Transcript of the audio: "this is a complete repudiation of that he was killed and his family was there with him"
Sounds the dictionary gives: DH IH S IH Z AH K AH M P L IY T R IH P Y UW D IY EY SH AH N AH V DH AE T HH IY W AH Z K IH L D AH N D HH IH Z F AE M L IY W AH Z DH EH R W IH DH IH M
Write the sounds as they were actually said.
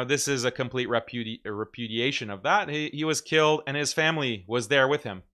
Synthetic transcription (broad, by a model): DH IH S IH Z AH K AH M P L IY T R IH P Y UW D IY EY SH AH N AH V DH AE T HH IY W AH Z K IH L D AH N IH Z F AE M L IY W AH Z DH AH R W IH DH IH M